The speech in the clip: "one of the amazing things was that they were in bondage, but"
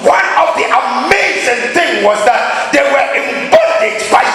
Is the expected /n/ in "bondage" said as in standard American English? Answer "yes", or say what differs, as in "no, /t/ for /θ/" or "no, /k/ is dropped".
no, /n/ is dropped